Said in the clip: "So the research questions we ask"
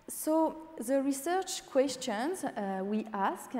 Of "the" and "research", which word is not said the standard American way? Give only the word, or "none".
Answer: none